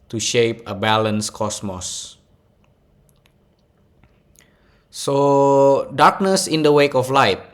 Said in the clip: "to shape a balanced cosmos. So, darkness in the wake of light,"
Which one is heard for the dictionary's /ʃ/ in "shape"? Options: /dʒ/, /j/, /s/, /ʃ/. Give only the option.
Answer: /ʃ/